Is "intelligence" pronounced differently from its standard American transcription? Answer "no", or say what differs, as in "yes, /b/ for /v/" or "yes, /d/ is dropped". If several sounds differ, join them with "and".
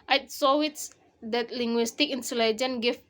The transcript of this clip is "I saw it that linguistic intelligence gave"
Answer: yes, /s/ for /t/ and /s/ is dropped